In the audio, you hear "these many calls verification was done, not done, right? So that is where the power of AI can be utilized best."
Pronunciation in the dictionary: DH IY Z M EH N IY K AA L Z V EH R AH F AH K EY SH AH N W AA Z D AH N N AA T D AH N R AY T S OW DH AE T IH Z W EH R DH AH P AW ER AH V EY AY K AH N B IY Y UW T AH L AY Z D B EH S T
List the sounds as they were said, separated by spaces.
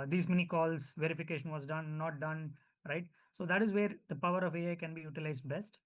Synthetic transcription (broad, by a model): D IY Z M EH N IY K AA L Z V EH R AH F AH K EY SH AH N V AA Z D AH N N AA T D AH N R AY T S OW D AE T IH Z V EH R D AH P AW ER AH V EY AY K AH N B IY Y UW T AH L AY Z D B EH S T